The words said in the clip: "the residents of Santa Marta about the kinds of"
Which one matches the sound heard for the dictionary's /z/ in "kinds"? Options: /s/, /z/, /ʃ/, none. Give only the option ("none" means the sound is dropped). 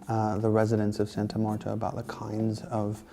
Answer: /z/